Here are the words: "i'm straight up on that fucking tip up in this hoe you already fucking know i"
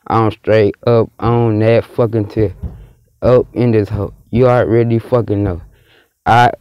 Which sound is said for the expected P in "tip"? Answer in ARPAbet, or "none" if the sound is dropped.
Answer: none